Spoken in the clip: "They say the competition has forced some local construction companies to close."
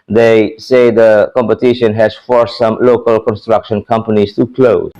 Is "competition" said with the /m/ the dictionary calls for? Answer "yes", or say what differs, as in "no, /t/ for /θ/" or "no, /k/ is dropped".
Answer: yes